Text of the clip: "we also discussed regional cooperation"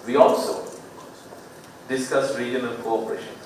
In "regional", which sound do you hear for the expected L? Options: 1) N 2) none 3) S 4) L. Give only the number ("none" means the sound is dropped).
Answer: 1